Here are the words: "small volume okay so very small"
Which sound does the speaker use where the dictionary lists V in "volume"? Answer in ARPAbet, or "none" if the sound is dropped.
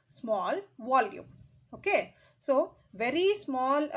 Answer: V